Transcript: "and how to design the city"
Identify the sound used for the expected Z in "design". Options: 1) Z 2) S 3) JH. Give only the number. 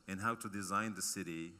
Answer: 1